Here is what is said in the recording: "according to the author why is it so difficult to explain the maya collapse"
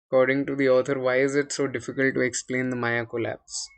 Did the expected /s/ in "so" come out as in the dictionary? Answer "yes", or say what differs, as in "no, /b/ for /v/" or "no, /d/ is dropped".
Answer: yes